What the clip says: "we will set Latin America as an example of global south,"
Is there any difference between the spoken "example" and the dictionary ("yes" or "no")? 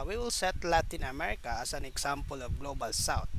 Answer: yes